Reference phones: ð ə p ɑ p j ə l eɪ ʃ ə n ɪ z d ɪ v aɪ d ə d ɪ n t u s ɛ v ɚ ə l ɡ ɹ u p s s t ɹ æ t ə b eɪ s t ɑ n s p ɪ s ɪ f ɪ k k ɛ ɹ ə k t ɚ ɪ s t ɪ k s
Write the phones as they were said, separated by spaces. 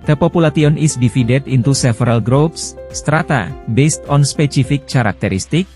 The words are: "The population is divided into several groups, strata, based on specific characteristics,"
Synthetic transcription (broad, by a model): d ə p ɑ p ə l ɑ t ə n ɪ s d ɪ f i d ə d ɪ n t u s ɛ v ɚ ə l ɡ ɹ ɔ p s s t ɹ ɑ t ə b eɪ s t ɑ n s p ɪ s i f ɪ k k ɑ ɹ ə k t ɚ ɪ s t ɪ k